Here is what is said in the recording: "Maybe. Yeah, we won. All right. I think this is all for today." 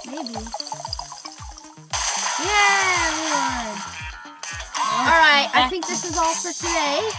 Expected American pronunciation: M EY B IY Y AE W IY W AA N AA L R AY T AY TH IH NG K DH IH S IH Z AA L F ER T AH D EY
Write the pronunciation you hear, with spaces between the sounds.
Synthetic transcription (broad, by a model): M EY B IY Y AE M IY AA AA L R AY T AY TH IH NG K DH IH S IH Z AA L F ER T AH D EY